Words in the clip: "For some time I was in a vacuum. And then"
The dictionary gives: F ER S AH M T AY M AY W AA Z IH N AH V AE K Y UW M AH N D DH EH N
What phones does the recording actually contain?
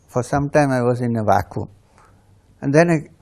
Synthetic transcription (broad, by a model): F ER S AH M T AY M AY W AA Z IH N AH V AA K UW AH N D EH N